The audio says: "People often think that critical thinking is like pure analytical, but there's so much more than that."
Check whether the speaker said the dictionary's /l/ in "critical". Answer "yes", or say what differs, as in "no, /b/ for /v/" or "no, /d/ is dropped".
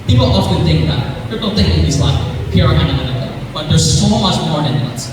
no, /n/ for /l/